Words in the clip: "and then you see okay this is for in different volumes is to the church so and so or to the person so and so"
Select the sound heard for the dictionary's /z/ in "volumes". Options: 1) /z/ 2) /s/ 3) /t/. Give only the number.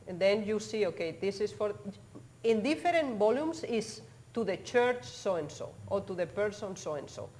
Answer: 2